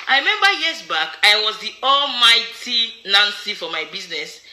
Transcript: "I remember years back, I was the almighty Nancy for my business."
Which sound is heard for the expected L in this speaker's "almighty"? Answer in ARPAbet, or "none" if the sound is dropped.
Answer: L